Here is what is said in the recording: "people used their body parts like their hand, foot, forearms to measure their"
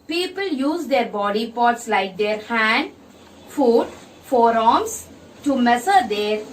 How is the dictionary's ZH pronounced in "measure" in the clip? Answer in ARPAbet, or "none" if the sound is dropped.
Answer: S